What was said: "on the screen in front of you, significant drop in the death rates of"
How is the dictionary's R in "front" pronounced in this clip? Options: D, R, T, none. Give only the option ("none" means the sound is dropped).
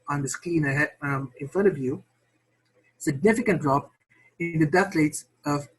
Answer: none